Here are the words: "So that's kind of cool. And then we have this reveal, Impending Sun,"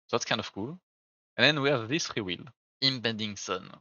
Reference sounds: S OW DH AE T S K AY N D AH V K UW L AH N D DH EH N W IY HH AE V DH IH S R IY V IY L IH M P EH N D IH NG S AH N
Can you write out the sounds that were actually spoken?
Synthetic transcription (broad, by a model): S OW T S K AY N D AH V K UW L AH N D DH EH N W IY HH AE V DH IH S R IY W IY L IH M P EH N D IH NG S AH N